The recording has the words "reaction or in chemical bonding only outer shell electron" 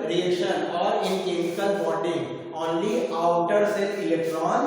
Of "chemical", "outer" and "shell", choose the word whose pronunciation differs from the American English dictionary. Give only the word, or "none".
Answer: shell